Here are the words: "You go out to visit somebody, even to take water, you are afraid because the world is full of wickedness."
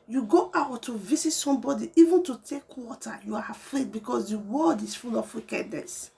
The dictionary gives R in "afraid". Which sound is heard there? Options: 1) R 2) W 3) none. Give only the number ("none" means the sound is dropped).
1